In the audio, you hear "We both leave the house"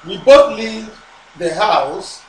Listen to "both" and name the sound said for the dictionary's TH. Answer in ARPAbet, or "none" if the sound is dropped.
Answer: T